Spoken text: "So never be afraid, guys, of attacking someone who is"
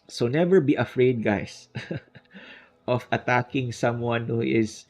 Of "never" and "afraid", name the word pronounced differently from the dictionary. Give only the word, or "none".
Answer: none